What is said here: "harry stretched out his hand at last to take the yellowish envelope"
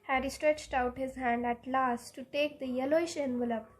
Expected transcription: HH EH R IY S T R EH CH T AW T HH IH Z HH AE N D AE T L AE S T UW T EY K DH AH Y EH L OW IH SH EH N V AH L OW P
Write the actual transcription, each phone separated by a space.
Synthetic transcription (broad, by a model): HH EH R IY S T R EH CH T AW T HH IH Z HH AE N D AE T L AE S T UW T EY K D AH Y EH L OW IH SH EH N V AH L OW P